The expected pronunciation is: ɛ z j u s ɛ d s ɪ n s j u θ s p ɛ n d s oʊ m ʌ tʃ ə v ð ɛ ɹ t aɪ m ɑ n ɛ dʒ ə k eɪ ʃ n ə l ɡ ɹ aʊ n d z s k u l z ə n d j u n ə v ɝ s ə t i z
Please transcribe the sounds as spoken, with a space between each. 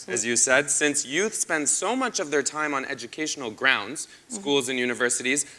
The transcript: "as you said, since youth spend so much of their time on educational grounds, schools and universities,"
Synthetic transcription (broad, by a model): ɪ z j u s ɛ d s ɪ n s j u θ s p ɛ n d s oʊ m ʌ tʃ ə v ð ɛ ɹ t aɪ m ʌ n ɛ dʒ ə k eɪ ʃ n l ɡ ɹ aʊ n d z s k u l z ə n j u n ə v ɝ s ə t i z